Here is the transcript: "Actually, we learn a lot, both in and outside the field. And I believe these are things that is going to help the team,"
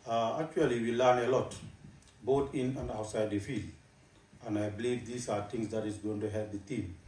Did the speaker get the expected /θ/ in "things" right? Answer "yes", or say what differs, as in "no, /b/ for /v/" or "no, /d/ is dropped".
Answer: no, /t/ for /θ/